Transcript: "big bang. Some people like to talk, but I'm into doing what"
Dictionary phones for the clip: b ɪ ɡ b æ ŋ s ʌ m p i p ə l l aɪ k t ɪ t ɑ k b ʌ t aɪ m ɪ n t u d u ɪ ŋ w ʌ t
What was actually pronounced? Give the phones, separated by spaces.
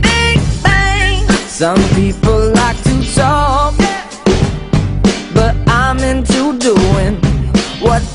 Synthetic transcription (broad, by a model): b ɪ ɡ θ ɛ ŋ s ʌ m p i p l l aɪ k t ɪ s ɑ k b ʌ t aɪ m ɪ n t u d u ɪ ŋ w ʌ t